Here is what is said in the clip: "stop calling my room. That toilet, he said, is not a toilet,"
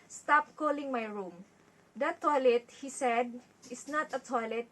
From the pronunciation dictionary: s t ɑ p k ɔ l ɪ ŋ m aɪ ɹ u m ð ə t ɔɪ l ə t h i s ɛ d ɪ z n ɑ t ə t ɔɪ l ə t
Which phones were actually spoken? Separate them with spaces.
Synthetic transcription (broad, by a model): s t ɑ p k ɔ l ɪ ŋ m aɪ ɹ u m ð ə t ɔɪ l ə t h i s ɛ d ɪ s n ɑ t ə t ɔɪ l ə t